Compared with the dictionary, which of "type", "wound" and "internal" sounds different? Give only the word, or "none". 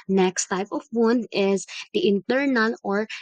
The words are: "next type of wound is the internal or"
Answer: wound